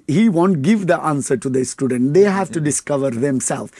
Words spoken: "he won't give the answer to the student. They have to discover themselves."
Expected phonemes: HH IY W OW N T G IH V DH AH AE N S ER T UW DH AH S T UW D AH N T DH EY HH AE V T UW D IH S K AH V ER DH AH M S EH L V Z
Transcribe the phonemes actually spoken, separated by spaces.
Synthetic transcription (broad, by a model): HH IY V OW N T G IH V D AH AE N S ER T UW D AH S T UW D AH N T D EY HH AE V T UW D IH S K AH V ER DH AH M S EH L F